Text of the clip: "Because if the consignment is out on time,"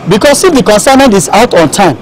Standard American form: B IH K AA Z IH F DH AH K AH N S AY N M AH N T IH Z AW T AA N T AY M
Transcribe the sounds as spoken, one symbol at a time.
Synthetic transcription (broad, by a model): B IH K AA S IH F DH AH K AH N S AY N AH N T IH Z AW T AA N T AY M